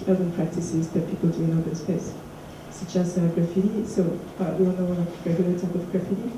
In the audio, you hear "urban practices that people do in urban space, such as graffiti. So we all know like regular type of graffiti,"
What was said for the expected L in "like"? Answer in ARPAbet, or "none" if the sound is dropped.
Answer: N